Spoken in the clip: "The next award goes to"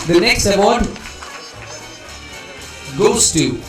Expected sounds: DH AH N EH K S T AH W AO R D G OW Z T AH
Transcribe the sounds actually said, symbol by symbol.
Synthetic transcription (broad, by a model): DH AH N EH K S T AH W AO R D G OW S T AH